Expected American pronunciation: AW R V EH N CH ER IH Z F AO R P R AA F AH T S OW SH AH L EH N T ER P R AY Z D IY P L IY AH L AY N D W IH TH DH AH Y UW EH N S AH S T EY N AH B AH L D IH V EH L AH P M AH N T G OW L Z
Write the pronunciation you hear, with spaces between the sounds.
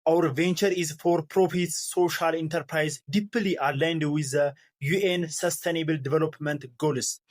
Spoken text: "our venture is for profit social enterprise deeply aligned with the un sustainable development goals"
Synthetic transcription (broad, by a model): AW R V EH N CH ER IH Z F AO R P R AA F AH T S OW SH AH L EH N T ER P R AY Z D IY P L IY AH L AY N D W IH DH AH Y UW EH N S AH S T EY N AH B AH L D IH V EH L AH P M AH N T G OW L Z